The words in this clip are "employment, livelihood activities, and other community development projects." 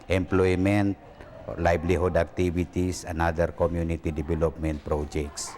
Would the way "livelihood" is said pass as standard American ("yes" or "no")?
no